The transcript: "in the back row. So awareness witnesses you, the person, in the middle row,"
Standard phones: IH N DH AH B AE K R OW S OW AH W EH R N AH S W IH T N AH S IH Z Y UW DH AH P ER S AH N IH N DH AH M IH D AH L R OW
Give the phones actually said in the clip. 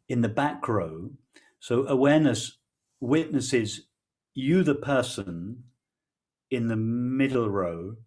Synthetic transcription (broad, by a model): IH N DH AH B AE K R OW S OW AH W EH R N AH S W IH T N AH S IH Z Y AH DH AH P ER S AH N IH N DH AH M IH D L R OW